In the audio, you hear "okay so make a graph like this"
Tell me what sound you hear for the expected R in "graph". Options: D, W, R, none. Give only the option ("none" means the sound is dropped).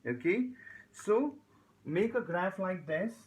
R